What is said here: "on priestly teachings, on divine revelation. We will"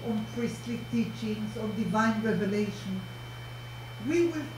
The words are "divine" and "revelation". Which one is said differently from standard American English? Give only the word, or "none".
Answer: none